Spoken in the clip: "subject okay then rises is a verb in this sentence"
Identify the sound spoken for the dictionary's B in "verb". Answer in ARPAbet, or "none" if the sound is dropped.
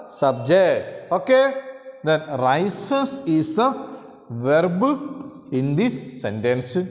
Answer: B